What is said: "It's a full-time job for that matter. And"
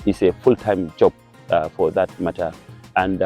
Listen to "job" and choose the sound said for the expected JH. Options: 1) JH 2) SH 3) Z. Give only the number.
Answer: 1